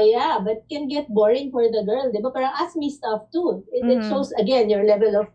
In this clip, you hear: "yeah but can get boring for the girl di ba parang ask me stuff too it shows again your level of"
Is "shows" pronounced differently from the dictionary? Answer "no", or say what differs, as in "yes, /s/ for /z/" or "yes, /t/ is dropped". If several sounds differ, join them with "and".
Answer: yes, /s/ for /z/